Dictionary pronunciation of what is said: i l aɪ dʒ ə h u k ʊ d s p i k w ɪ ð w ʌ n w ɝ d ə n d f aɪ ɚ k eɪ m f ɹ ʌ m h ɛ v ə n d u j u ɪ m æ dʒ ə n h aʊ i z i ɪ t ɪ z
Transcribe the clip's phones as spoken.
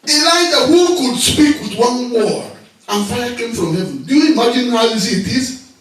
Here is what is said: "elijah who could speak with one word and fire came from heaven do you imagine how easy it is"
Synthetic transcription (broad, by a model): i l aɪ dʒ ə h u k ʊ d s p i k w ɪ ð w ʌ n w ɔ ə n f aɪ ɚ k eɪ m f ɹ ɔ m h ɛ v ə n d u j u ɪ m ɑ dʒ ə n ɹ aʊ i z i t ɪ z